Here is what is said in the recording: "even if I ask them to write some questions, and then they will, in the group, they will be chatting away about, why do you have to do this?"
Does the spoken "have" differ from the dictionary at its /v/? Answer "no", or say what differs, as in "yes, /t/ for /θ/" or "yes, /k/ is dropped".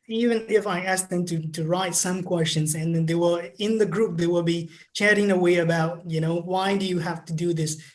yes, /f/ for /v/